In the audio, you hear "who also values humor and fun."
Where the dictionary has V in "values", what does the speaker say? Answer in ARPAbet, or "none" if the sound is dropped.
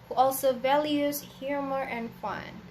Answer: V